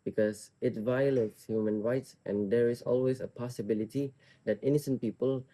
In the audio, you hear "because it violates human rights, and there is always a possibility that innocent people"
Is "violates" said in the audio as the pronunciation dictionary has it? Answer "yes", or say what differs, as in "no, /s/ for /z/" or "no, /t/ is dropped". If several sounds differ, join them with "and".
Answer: yes